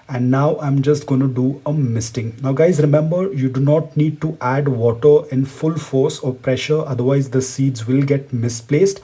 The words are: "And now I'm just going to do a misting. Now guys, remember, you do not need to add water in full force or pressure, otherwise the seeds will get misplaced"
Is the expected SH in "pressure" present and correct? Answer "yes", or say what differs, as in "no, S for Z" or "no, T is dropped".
yes